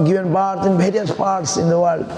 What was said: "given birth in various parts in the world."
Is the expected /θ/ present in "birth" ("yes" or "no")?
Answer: no